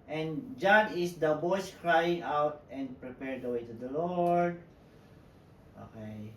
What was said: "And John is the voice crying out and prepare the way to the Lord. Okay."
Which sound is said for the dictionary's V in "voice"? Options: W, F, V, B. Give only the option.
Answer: B